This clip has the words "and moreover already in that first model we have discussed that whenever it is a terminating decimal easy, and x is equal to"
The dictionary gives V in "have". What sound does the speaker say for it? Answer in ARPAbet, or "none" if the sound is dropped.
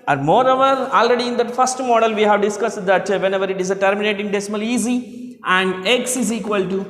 V